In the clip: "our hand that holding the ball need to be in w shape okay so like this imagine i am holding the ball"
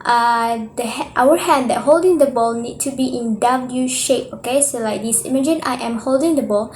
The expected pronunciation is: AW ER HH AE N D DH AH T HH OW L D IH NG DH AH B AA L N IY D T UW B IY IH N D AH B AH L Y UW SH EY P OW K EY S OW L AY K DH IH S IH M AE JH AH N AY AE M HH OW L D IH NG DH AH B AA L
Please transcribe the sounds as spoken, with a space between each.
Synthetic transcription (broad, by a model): AW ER HH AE N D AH T HH OW L D IH NG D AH B AA L N IY D T UW B IY IH N D AH B AH L Y UW SH EY P OW K EY S OW L AY K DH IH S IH M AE JH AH N AY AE M HH OW L D IH NG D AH B AA L